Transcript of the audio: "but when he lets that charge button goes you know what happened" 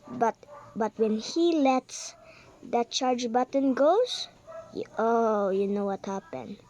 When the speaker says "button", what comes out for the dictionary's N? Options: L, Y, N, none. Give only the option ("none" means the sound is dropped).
N